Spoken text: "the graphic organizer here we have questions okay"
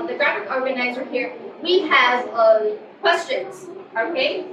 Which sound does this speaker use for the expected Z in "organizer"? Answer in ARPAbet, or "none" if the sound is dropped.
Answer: Z